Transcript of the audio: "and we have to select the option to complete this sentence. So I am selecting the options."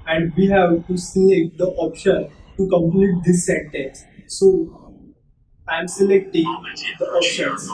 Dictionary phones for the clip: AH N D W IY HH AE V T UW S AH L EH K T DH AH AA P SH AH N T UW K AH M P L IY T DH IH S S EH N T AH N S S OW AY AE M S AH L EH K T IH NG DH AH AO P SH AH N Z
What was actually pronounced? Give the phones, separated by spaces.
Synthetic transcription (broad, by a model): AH N D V IY HH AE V T UW S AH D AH T AA P SH AH N T UW K AH M P L IY T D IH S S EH N T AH N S S OW AY M S AH L EH K T IH NG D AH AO P SH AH N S